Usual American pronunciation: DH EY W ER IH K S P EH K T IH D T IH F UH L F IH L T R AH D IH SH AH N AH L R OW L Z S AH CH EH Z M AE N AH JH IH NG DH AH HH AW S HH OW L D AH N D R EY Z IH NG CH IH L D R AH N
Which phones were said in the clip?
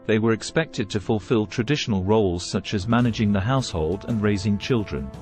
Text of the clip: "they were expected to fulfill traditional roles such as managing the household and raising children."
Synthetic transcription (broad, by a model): DH EY W ER IH K S P EH K T IH D T IH F UH L F IH L T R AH D IH SH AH N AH L R OW L Z S AH CH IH Z M AE N AH JH IH NG DH AH HH AW S HH OW L D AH N R EY Z IH NG CH IH L D R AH N